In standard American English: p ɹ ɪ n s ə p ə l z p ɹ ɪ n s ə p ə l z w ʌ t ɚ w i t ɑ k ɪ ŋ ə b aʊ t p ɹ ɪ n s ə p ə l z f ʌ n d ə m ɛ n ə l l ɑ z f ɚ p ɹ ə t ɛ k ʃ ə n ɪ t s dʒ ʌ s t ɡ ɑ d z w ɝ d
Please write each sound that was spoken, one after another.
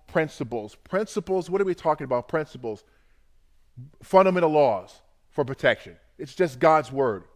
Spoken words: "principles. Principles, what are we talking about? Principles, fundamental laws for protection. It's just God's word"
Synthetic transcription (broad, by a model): p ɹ ɪ n s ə p l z p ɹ ɪ n s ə p l z w ʌ t ɚ w i t ɑ k ɪ ŋ ə b aʊ t p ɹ ɪ n s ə p l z f ʌ n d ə m ɛ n l l ɑ z f ɚ p ɹ ə t ɛ k ʃ ə n ɪ t s dʒ ʌ s t ɡ ɑ d z w ɝ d